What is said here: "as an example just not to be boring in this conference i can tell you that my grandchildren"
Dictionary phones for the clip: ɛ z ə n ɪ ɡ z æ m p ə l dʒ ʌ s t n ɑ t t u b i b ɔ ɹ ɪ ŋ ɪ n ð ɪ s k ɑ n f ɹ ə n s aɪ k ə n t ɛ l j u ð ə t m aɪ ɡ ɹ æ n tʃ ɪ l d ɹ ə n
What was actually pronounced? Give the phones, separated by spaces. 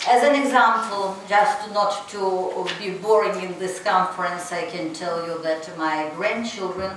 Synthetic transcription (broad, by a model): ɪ z ə n ɪ ɡ z æ m p ə l dʒ ʌ s t n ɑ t t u b i b ɔ ɹ ɪ ŋ ɪ n ð ɪ s k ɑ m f ɹ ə n s aɪ k ə n t ɛ l j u ð ə t m aɪ ɡ ɹ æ n tʃ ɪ l d ɹ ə n